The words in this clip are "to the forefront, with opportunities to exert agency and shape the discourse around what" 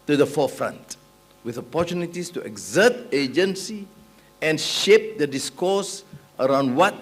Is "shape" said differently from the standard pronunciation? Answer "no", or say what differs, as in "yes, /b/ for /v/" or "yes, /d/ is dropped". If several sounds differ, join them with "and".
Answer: no